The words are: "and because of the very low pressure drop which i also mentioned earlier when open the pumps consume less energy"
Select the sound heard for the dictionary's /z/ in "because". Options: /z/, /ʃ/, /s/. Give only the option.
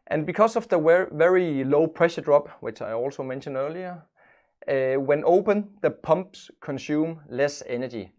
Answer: /s/